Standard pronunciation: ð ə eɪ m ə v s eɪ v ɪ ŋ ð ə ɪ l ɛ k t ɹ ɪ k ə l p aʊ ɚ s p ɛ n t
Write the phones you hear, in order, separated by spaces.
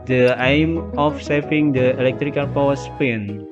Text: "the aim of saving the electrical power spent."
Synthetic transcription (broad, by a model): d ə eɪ m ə f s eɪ f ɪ ŋ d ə ɪ l ɛ k t ɹ ɪ k ə l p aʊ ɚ s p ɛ n